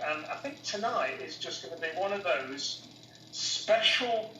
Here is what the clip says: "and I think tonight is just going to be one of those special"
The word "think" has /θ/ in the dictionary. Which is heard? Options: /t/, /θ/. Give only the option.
/θ/